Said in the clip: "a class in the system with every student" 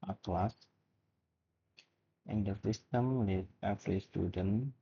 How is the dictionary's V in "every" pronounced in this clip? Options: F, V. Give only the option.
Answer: F